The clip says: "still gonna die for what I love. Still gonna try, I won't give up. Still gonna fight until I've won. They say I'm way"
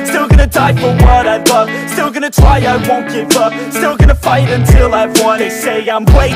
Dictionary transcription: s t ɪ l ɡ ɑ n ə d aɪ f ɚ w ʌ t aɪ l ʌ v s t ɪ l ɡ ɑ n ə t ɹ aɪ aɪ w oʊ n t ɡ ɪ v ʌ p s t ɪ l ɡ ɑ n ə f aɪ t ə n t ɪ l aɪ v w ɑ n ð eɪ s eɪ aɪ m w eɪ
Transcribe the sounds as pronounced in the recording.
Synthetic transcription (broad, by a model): s t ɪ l ɡ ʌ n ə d aɪ f ɚ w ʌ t aɪ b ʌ s t ɪ l ɡ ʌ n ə t ɹ aɪ aɪ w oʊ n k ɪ b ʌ s t ɪ l ɡ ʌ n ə f aɪ t ə n t ɪ l aɪ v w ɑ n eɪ s eɪ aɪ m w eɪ